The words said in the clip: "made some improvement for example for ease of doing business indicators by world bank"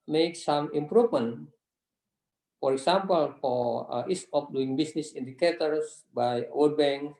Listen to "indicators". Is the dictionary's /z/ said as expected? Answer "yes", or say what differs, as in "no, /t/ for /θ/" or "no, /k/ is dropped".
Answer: no, /s/ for /z/